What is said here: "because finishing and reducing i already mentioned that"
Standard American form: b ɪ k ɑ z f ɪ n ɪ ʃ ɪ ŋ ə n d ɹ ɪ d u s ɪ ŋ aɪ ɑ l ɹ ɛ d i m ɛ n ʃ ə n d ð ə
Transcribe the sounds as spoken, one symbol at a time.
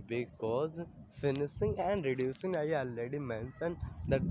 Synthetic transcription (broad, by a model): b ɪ k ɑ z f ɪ n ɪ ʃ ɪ ŋ ə n d ɹ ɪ d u s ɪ ŋ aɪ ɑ l ɛ d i m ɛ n s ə n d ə